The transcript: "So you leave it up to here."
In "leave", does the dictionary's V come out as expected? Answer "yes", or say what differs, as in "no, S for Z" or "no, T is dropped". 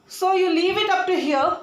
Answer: yes